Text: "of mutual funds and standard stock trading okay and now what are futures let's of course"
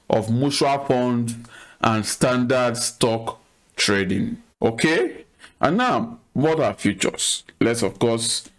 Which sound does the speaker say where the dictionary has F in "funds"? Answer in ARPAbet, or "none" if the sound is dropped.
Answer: P